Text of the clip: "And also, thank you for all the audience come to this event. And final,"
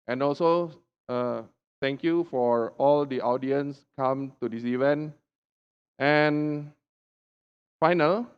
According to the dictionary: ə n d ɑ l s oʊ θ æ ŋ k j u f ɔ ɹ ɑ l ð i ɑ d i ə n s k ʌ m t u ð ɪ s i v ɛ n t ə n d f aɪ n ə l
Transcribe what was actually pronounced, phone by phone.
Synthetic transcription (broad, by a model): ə n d ɑ l s oʊ t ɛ ŋ k j u f ɔ ɹ ɑ l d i ɑ d i ə n s k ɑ m t u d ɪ s i v ɛ n t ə n f aɪ n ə l